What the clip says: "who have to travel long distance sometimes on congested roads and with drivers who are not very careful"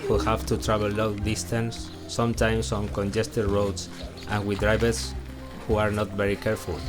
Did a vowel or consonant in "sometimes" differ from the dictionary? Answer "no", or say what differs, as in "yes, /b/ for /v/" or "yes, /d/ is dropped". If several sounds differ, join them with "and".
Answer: yes, /s/ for /z/